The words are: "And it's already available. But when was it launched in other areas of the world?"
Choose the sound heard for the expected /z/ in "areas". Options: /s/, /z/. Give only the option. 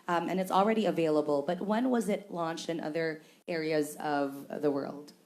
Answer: /z/